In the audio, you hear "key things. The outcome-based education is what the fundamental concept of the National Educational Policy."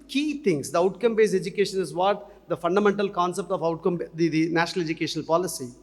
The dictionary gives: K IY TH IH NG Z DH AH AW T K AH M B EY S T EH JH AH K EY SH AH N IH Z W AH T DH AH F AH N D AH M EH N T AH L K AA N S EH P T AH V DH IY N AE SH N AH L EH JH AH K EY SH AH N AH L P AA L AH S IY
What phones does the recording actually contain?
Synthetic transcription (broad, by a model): K IY T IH NG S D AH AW T K AH M B EY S EH JH AH K EY SH AH N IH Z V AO T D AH F AH N D AH M EH N T AH L K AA N S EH P T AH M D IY N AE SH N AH L EH JH AH K EY SH AH N AH L P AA L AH S IY